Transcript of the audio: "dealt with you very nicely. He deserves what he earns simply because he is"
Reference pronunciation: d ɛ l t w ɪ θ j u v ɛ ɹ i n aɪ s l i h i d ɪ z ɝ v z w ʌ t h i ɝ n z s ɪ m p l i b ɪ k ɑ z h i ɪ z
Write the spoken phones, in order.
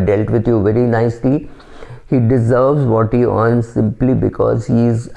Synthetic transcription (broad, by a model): d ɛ l t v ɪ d j u v ɛ ɹ i n aɪ s l i h i d ɪ z ɝ v z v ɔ t h i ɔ n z s ɪ m p l i b ɪ k ɑ z h i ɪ z